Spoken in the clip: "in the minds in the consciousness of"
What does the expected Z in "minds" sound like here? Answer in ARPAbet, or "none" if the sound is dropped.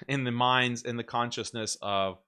Z